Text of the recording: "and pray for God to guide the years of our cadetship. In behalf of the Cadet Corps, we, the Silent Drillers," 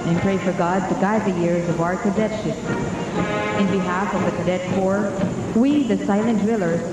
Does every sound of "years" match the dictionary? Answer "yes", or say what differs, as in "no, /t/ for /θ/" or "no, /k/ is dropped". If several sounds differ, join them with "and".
yes